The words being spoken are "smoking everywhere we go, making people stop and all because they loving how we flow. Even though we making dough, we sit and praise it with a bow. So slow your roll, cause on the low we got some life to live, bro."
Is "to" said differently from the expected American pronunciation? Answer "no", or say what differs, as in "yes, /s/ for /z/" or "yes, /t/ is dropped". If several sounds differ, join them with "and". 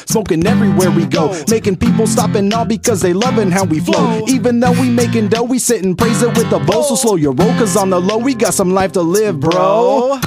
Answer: no